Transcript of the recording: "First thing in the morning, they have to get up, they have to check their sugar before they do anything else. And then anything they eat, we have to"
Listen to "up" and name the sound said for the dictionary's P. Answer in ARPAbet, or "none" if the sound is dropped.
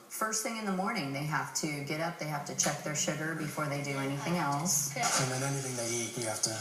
P